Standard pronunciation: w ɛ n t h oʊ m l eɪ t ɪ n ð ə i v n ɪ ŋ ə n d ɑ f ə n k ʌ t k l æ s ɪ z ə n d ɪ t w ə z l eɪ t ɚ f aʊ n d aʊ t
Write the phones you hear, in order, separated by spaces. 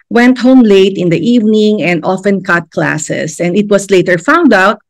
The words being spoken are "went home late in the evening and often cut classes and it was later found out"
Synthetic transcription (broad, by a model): w ɛ n t h oʊ m l eɪ t ɪ n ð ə i v n ɪ ŋ ə n d ɑ f ə n k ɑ t k l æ s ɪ s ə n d ɪ t w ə s l eɪ t ɚ f aʊ n d aʊ t